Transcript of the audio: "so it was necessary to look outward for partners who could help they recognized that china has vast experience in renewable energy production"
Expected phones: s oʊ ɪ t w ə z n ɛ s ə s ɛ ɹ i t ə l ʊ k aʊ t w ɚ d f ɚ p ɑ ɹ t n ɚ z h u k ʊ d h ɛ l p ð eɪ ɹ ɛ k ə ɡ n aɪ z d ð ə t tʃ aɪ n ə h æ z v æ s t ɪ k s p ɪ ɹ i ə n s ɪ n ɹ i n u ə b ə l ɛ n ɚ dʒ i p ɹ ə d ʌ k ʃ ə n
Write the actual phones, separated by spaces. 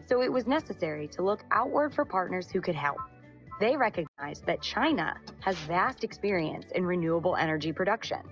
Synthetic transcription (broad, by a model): s oʊ ɪ t w ə z n ɛ s ə s ɛ ɹ i t ə l ʊ k aʊ t w ɚ d f ɚ p ɑ ɹ t n ɚ z h u k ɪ d h ɛ l p ð eɪ ɹ ɛ k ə ɡ n aɪ z ð ə t tʃ aɪ n ə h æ z v æ s t ɪ k s p ɪ ɹ i ə n s ɪ n ɹ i n u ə b l ɛ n ɚ dʒ i p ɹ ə d ʌ k ʃ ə n